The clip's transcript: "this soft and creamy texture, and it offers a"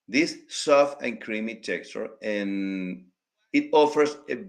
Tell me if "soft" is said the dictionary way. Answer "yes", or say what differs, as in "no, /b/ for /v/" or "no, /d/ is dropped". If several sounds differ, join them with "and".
no, /t/ is dropped